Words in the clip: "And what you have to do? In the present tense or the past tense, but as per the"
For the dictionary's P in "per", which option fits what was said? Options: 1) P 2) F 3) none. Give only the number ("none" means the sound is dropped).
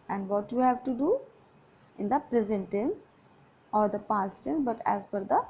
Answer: 2